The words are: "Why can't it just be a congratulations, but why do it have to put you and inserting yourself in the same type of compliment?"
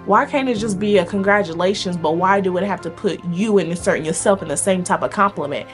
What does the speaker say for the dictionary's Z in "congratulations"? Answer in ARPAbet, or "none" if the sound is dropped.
Z